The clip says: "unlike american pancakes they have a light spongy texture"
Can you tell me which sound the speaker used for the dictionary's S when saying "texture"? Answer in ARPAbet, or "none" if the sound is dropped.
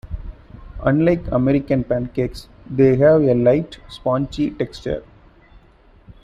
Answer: S